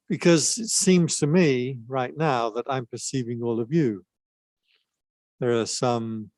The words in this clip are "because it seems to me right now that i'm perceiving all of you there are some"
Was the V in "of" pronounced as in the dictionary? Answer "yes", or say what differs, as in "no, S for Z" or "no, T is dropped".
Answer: yes